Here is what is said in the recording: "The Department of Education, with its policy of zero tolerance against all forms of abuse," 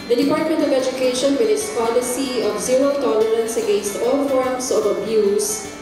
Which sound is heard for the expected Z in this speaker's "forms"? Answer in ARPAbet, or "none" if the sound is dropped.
S